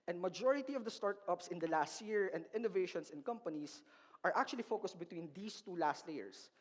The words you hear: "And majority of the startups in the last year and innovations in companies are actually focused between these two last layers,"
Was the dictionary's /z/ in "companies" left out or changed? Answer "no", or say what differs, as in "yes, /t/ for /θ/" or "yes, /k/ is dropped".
yes, /s/ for /z/